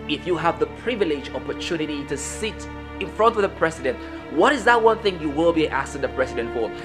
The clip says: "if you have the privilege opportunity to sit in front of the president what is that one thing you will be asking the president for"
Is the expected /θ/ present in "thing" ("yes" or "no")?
yes